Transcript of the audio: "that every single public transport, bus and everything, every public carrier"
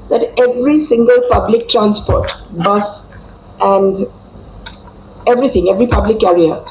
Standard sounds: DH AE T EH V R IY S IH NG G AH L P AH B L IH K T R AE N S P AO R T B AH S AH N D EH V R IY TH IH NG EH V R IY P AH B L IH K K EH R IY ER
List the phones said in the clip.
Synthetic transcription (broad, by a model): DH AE T EH V R IY S IH NG G AH L P AH B L IH K T R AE N S P AO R T B AH S AH N D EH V R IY T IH NG EH V R IY P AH B L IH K K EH R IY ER